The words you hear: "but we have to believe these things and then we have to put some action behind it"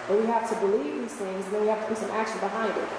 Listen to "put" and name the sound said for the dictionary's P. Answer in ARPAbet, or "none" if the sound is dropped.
B